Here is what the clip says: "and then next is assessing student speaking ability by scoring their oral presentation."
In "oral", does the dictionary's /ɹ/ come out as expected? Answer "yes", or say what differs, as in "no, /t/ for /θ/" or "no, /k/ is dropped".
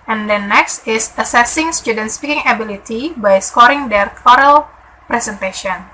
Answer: yes